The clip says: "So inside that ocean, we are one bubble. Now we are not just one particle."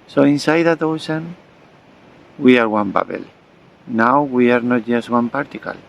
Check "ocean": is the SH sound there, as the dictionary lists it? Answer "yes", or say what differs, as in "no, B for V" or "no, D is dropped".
no, S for SH